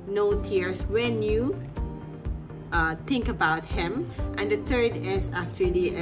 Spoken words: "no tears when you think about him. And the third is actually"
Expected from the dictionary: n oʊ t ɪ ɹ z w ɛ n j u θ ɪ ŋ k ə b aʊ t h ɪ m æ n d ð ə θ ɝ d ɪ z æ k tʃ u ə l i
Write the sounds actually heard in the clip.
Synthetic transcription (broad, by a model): n oʊ t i ɹ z w ɛ n j u t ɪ ŋ k ə b aʊ t h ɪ m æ n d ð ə t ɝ d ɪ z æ k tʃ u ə l i